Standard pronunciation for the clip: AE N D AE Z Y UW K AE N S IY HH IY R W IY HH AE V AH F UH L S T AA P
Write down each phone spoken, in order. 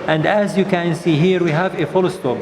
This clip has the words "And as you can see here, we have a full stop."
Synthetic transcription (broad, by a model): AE N D AE Z Y UW K AE N S IY HH IY R W IY HH AE V AH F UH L S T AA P